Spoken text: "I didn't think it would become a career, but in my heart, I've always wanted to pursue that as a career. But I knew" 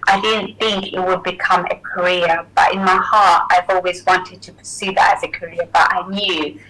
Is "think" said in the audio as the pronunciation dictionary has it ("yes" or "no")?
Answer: yes